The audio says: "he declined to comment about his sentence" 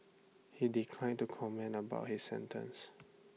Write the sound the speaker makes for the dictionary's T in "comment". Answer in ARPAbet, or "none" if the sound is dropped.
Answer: none